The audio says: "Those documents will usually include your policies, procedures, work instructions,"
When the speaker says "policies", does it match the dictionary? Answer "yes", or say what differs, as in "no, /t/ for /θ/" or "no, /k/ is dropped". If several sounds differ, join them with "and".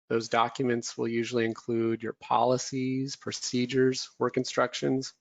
yes